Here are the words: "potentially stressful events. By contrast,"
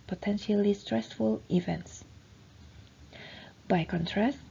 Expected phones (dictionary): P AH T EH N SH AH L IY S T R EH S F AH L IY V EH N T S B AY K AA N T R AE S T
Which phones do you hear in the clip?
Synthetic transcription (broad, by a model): P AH T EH N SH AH L IY S T R EH S F AH L IY V EH N T S B AY K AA N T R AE S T